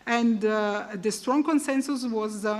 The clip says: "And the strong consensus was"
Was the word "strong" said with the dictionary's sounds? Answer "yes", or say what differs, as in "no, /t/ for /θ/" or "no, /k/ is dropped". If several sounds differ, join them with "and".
yes